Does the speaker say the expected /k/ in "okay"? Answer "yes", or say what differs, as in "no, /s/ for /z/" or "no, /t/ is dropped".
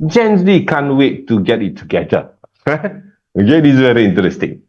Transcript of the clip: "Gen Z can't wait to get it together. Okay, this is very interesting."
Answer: no, /k/ is dropped